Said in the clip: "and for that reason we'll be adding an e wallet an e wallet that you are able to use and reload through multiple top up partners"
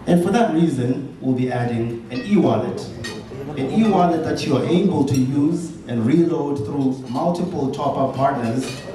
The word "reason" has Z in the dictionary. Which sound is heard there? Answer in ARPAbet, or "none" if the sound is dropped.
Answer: Z